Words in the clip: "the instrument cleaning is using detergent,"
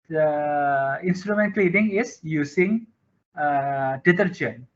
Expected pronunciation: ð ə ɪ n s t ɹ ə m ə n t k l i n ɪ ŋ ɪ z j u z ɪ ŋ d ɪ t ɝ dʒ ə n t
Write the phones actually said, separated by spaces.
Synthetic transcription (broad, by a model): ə ɪ n s t ɹ ə m ə n t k l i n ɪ ŋ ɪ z j u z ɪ ŋ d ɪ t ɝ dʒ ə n